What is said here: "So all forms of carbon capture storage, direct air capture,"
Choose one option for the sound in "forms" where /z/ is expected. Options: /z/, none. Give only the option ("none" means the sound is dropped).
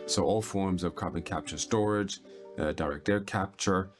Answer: /z/